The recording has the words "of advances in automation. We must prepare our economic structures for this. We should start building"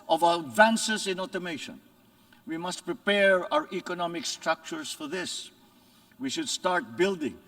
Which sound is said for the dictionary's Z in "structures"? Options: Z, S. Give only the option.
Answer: S